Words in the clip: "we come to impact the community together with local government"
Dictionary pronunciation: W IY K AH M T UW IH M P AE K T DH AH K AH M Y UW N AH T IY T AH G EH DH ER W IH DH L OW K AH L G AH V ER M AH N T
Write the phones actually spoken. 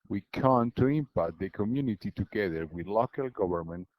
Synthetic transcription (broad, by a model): W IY K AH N T UW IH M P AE T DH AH K AH M Y UW N AH T IY T AH G EH DH ER W IH DH L OW K AH L G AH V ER M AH N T